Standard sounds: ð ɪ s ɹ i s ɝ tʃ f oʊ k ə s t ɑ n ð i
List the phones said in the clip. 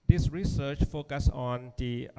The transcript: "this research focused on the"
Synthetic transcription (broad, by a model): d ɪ s ɹ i s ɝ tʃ f oʊ k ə s ɑ n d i